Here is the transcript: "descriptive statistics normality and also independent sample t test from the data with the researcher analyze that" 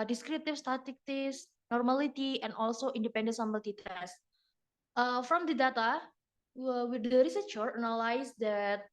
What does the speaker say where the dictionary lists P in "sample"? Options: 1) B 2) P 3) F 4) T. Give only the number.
1